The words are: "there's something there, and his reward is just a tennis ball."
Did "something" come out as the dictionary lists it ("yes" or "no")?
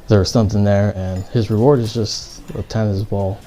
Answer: yes